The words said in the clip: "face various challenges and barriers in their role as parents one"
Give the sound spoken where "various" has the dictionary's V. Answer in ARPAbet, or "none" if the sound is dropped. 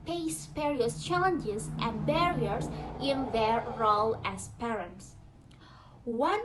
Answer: P